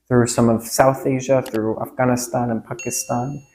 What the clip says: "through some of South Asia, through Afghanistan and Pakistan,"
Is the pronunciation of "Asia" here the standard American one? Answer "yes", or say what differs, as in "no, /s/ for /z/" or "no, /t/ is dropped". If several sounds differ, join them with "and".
yes